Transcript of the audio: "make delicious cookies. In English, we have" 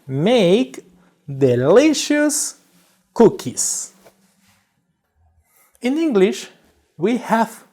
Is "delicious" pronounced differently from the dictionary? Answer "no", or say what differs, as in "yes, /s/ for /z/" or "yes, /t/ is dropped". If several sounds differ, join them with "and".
no